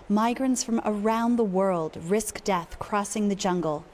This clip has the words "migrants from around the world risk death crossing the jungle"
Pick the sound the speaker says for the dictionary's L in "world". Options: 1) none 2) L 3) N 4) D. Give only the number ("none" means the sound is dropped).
2